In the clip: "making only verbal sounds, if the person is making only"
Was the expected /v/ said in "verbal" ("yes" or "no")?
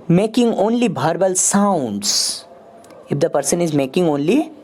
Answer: no